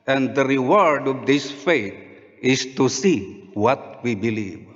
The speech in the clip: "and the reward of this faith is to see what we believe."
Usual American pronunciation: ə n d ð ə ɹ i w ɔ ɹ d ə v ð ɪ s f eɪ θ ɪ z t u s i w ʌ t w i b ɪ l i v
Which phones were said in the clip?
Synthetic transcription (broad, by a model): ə n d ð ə ɹ i w ɔ ɹ d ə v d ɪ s f eɪ t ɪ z t u s i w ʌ t w i b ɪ l i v